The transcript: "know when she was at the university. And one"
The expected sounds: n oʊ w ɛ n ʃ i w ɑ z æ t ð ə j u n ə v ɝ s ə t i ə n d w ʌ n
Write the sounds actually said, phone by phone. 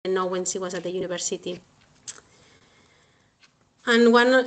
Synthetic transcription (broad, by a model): n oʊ w ɛ n s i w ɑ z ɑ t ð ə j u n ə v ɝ s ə t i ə n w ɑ n